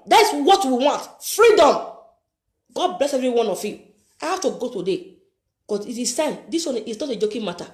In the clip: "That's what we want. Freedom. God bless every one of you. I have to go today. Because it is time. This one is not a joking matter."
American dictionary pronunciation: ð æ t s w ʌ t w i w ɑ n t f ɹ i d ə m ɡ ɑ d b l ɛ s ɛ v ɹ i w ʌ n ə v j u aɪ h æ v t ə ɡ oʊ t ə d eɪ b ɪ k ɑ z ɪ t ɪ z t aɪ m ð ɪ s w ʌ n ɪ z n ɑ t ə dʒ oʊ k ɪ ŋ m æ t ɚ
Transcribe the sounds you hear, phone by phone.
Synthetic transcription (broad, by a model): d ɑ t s w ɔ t w i w ɑ n t f ɹ i d ə m ɡ ɑ d b l ɛ s ɛ v ɹ i w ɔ n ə f j u aɪ h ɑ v t ə ɡ oʊ t ə d eɪ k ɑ s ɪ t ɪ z t aɪ m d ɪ s w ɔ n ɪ s n ɑ t ə dʒ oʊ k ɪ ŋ m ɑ t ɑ